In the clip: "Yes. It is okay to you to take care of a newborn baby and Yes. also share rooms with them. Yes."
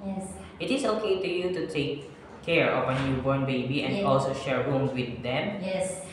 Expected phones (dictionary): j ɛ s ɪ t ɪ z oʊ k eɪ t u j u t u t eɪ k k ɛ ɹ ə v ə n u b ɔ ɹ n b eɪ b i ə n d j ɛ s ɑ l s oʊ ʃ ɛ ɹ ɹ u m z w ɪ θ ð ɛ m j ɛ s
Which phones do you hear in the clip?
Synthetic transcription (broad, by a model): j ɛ s ɪ t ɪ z oʊ k eɪ t u j u t u t eɪ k k ɛ ɹ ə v ə n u b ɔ ɹ n b eɪ b i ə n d ɑ l s oʊ ʃ ɛ ɹ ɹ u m w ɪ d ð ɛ m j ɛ s